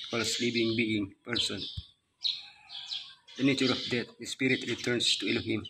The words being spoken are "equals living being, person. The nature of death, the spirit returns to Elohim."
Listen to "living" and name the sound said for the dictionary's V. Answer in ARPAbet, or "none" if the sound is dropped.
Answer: P